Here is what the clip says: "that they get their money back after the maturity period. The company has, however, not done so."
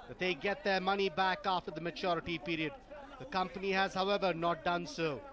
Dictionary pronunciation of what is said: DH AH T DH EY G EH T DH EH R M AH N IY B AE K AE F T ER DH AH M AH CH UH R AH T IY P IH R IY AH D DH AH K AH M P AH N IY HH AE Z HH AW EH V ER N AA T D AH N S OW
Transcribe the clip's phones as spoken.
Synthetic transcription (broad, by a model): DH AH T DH EY G EH T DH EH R M AH N IY B AE K AE F T ER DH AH M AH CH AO R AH T IY P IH R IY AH D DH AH K AH M P AH N IY HH AE Z HH AW EH V ER N AA T D AH N S OW